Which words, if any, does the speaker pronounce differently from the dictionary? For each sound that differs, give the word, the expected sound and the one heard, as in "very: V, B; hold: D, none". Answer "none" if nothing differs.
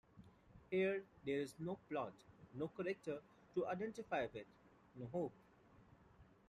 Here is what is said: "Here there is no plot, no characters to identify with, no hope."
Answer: characters: Z, none